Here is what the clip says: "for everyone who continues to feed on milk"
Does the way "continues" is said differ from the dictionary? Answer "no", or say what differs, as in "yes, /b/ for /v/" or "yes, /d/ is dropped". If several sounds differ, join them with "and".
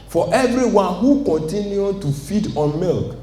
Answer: yes, /z/ is dropped